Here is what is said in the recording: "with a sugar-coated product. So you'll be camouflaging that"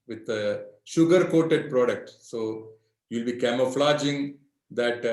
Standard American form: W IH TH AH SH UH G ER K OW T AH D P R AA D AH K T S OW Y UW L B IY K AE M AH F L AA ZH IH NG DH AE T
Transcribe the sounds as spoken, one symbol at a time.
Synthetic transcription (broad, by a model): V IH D AH SH UH G ER K OW T AH D P R AA D AH K T S OW Y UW L B IY K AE M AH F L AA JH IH NG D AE T